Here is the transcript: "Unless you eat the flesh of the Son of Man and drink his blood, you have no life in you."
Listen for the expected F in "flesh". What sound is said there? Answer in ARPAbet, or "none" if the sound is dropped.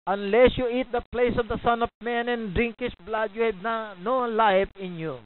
P